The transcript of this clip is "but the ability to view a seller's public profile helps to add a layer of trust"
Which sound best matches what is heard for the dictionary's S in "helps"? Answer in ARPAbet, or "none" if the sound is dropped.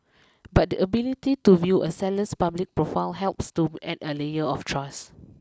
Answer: S